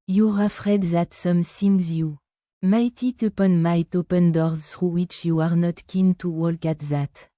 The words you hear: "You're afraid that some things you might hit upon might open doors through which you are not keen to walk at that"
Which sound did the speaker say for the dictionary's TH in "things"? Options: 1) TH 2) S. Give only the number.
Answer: 2